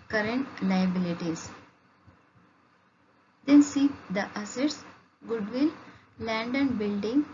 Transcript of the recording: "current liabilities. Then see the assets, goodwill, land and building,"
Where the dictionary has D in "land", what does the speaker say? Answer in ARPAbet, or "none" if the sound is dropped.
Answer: D